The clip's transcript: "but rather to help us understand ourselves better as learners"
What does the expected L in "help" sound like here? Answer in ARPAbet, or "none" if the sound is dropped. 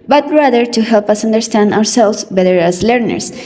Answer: L